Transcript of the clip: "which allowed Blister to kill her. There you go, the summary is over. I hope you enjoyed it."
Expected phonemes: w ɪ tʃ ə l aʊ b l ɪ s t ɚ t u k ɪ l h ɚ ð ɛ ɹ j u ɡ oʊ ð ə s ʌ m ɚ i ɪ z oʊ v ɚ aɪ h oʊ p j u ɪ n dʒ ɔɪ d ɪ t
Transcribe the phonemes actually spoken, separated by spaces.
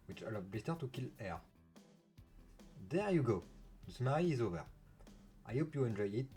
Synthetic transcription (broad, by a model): w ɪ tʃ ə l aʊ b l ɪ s t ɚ t u k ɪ l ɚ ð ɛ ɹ j u ɡ oʊ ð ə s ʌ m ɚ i ɪ z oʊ v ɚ aɪ h oʊ p j u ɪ n dʒ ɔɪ ɪ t